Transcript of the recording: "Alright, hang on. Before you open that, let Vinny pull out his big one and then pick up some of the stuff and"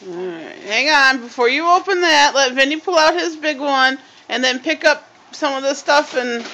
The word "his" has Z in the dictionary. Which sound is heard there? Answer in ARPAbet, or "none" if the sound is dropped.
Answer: Z